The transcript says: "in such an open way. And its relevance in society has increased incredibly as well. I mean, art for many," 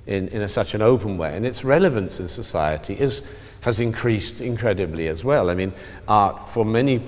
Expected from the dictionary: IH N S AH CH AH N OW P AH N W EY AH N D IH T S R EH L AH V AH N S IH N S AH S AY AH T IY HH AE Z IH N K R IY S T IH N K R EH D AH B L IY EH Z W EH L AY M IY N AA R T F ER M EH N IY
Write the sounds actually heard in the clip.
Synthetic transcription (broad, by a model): IH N S AH CH AH N OW P AH N W EY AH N IH T S R EH L AH V AH N S IH N S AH S AY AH T IY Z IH Z IH N K R IY S T IH N K R EH D AH B L IY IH Z W EH L AY M IY N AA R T F ER M EH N IY